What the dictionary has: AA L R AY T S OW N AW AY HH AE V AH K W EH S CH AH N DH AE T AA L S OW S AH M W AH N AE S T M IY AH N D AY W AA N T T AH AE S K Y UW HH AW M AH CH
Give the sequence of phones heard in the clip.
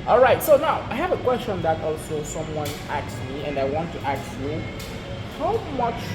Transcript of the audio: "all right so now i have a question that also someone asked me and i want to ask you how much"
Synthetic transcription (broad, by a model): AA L R AY T S OW N AW AY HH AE V AH K W EH S CH AH N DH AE T AA L S OW S AH M W AH N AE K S M IY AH N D AY W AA N T T AH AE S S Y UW HH AW M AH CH